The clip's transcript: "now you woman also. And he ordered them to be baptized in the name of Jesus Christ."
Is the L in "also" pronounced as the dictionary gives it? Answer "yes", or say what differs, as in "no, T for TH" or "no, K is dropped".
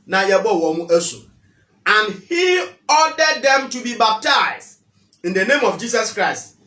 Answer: no, L is dropped